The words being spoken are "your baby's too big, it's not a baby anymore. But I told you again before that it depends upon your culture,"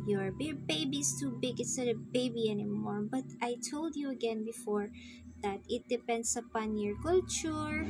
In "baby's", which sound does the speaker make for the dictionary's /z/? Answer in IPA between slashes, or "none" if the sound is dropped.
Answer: /s/